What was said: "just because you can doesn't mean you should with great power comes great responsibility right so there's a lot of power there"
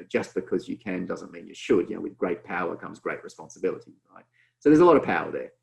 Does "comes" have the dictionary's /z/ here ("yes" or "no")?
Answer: yes